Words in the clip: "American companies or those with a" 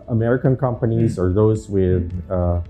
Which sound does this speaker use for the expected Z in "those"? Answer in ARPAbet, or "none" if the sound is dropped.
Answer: Z